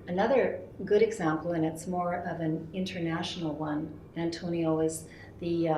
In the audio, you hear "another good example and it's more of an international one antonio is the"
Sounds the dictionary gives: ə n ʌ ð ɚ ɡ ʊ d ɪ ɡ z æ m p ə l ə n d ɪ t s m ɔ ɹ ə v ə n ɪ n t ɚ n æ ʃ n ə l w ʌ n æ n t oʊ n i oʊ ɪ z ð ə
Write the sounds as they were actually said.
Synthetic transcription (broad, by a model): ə n ʌ ð ɚ ɡ ʊ d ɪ ɡ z æ m p l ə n ɪ t s m ɔ ɹ ə v ə n ɪ n t ɚ n æ ʃ n l w ʌ n æ n t oʊ n i oʊ ɪ z ð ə